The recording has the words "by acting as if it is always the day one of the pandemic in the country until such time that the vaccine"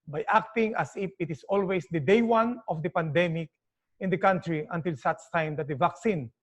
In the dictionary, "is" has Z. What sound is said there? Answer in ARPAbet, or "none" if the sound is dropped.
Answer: S